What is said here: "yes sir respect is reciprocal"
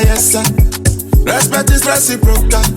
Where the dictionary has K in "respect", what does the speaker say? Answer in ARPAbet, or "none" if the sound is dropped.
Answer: none